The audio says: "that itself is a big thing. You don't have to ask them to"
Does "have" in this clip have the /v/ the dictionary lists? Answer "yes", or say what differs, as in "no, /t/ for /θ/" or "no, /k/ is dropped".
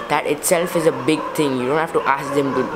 no, /f/ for /v/